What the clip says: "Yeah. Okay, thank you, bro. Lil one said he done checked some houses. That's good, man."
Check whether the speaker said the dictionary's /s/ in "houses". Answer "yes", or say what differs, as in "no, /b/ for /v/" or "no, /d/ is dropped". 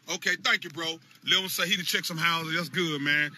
no, /s/ is dropped